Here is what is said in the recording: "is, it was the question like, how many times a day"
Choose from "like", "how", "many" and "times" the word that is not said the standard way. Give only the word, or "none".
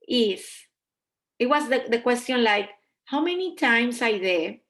times